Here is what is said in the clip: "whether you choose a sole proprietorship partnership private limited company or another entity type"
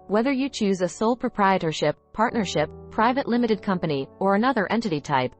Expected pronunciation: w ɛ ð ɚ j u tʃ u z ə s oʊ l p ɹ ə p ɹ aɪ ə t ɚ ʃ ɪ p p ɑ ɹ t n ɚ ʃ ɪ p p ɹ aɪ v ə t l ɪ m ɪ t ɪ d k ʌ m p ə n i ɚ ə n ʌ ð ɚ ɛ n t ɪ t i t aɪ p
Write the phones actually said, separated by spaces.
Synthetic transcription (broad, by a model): w ɛ ð ɚ j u tʃ u z ə s oʊ l p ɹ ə p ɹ aɪ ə t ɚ ʃ ɪ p p ɑ ɹ t n ɚ ʃ ɪ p p ɹ aɪ v ə t l ɪ m ɪ t ɪ d k ʌ m p ə n i ɚ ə n ʌ ð ɚ ɛ n t ɪ t i t aɪ p